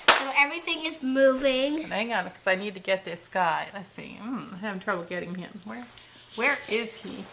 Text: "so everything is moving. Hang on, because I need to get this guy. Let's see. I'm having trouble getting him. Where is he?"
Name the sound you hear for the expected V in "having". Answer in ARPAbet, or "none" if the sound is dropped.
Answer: none